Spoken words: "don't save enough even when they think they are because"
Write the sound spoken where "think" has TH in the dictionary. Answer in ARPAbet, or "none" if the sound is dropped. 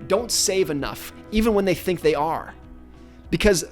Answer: TH